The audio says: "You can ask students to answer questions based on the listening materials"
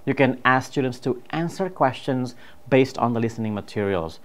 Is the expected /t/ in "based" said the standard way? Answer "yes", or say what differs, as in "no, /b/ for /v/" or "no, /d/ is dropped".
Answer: yes